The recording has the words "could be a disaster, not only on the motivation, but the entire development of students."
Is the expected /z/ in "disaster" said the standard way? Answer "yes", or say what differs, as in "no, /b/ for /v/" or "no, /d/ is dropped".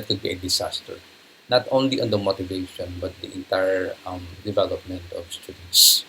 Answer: no, /s/ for /z/